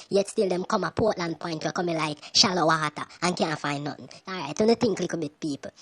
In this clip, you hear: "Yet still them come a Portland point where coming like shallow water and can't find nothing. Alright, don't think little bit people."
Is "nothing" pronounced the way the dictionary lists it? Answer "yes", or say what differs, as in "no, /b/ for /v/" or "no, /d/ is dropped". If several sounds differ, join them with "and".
no, /t/ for /θ/